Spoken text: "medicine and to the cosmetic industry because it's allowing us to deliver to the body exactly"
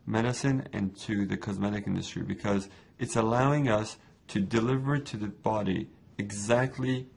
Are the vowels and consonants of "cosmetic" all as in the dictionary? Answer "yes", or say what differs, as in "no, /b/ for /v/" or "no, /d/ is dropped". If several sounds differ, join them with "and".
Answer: yes